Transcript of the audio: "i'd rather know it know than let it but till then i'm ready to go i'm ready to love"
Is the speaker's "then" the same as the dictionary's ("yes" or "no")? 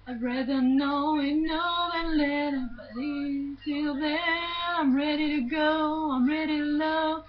no